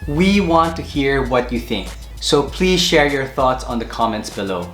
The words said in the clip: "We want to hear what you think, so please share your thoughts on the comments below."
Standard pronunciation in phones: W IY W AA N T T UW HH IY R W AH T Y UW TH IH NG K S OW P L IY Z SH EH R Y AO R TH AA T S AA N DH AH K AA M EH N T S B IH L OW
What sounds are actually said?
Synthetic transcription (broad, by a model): W IY W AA N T T UW HH IY R W AH T Y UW TH IH NG K S OW P L IY Z SH EH R Y AO R TH AA T S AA N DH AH K AA M EH N T S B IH L OW